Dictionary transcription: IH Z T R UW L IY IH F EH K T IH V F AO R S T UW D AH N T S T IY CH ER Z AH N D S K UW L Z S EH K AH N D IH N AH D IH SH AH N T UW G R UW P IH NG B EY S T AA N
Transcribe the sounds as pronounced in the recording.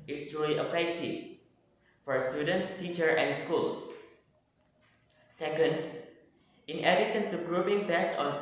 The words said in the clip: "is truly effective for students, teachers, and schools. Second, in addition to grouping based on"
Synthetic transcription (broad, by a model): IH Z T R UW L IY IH F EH K T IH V F AO R S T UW D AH N T S T IY CH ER AH N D S K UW L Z S EH K AH N D IH N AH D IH S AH N T UW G R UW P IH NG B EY S T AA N